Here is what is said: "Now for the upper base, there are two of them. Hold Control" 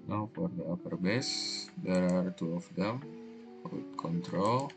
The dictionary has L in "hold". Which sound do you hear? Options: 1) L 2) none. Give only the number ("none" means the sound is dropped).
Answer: 2